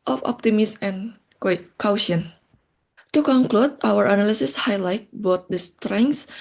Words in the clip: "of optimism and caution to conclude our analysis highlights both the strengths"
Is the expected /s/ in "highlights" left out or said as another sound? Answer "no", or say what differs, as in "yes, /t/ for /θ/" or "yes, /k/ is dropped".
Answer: yes, /s/ is dropped